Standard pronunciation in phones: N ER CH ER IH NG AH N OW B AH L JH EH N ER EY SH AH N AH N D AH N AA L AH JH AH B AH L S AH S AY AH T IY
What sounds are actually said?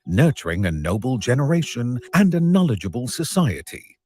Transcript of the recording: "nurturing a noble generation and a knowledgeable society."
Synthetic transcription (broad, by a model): N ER CH ER IH NG AH N OW B AH L JH EH N ER EY SH AH N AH N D AH N AA L AH JH AH B AH L S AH S AY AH T IY